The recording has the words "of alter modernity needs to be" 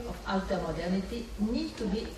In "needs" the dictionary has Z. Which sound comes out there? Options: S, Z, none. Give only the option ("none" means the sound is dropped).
none